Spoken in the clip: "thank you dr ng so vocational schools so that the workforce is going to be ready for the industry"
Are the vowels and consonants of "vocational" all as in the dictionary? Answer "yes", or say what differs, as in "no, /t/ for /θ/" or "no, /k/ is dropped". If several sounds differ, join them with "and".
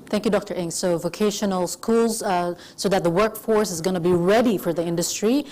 yes